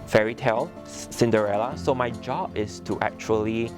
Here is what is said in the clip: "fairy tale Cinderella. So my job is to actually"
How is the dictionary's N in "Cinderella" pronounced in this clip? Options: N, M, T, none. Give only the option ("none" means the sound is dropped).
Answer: N